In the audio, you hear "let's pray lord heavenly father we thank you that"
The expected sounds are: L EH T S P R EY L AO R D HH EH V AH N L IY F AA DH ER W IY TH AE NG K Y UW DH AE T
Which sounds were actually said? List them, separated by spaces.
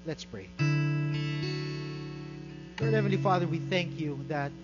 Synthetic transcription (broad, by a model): L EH T S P R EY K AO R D HH EH V AH N L IY F AA DH ER W IY TH AE NG K Y UW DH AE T